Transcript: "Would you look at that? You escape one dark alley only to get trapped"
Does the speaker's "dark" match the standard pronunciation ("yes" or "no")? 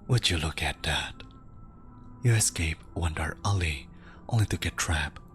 no